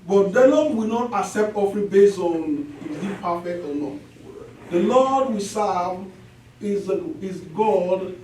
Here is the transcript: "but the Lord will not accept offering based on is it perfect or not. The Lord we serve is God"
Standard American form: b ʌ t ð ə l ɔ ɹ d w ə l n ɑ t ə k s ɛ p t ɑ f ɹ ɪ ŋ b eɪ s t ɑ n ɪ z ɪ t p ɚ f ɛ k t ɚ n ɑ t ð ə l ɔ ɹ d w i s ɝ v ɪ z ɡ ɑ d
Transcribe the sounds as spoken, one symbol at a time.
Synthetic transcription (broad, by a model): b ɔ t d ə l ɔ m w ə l n ɑ t ə k s ɛ p t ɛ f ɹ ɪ b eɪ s ɑ n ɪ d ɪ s p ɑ f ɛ k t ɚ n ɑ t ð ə l ɔ d w i s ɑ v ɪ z ɡ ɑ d